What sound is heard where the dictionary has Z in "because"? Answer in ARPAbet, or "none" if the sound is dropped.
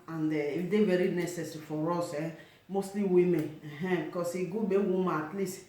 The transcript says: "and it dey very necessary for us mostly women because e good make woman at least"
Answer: S